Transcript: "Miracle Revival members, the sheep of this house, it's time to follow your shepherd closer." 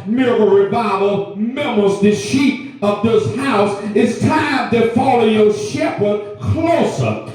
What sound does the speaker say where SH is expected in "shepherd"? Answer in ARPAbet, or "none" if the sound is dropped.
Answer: SH